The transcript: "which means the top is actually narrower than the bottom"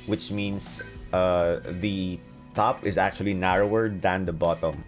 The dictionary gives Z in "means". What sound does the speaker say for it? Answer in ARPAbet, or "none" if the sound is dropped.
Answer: S